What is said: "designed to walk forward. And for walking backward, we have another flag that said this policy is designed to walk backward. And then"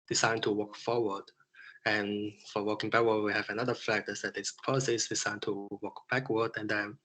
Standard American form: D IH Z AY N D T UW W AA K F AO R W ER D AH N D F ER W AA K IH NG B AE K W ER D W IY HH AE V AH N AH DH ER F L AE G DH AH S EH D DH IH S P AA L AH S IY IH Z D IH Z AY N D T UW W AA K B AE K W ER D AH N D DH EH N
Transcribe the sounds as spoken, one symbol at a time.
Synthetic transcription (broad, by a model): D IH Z AY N T UW W AA K F AO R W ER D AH N F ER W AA K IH NG B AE K W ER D W IY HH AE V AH N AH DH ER F AE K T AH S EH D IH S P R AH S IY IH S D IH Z AY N T UW W AA K B AE K W ER D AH N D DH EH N